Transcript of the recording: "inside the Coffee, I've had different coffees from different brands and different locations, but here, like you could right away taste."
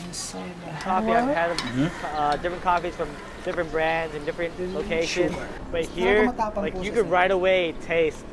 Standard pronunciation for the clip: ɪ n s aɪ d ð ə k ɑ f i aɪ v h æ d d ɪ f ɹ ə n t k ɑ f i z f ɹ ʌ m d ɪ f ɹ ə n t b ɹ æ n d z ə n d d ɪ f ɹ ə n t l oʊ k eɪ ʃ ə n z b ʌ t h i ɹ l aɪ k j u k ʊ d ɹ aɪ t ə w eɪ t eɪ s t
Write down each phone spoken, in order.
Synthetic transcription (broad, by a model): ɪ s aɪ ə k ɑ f i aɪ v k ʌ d d ɪ f ɹ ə n k ɑ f i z f ɹ ʌ m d ɪ f ɹ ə n b ɹ æ n d z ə n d d ɪ f ɹ ə n t l oʊ k eɪ ʃ ə n z b ʌ t h i ɹ l aɪ k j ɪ k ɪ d ɹ aɪ t ə w eɪ t eɪ s t